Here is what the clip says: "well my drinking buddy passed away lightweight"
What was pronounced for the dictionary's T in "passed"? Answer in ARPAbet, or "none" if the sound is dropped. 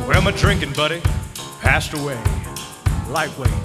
T